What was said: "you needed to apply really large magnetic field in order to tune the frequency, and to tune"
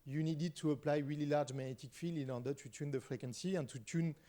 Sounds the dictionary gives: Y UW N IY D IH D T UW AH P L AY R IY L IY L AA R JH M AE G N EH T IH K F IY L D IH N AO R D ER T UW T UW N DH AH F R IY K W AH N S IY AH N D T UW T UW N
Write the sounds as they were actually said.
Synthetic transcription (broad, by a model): Y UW N IY D IH D T UW AH P L AY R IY L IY L AA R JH M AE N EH T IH K F IY L IH N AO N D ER T UW T UW N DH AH F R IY K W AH N S IY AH N T UW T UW N